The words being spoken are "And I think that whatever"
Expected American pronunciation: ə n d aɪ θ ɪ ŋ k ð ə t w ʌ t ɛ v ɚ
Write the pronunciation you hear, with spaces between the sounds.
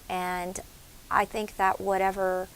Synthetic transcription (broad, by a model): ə n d aɪ θ ɪ ŋ k ð ə t w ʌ t ɛ v ɚ